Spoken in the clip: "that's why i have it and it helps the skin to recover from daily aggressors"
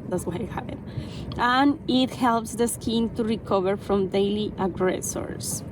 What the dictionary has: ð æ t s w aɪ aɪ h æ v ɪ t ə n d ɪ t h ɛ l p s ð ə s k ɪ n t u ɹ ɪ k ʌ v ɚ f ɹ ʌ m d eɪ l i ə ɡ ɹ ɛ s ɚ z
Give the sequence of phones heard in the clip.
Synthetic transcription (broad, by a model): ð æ t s w aɪ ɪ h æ p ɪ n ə n ɪ t h ɛ l p s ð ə s k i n t u ɹ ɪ k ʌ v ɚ f ɹ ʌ m d eɪ l i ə ɡ ɹ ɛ s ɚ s